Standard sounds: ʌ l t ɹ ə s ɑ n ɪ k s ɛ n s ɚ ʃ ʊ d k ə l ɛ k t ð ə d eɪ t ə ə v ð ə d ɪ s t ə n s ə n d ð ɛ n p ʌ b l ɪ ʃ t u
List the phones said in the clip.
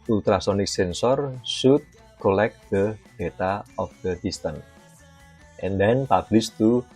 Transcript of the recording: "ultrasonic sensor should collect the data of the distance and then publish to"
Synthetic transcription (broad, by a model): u l t ɹ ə s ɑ n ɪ k s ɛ n s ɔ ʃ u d k ə l ɛ k t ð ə d eɪ t ə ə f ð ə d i s t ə n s ə n d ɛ n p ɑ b l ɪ s t u